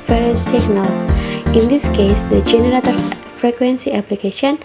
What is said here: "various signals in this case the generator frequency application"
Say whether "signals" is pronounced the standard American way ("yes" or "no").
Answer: no